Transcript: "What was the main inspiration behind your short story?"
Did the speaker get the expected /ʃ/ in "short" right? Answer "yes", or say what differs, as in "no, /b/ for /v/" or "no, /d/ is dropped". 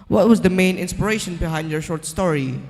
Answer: yes